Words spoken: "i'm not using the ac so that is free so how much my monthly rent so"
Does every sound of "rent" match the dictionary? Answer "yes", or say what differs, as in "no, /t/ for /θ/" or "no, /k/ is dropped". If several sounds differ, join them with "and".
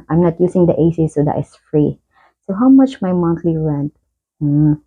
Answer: yes